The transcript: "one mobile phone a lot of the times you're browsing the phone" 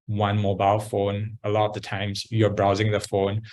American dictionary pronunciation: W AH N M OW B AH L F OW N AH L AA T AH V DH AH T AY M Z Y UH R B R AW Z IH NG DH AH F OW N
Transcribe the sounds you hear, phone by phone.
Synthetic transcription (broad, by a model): W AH N M OW B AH L F OW N AH L AA T AH V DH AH T AY M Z Y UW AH B R AW Z IH NG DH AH F OW N